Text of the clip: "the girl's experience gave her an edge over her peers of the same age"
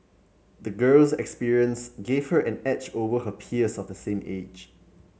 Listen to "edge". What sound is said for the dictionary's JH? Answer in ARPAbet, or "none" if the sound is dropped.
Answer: CH